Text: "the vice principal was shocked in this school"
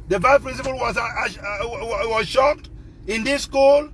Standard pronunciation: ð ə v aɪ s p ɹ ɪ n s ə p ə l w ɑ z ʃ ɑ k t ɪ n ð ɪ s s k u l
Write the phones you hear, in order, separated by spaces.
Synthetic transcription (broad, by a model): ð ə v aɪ p ɹ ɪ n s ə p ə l w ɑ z ʃ ɑ k t ɪ n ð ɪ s s k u l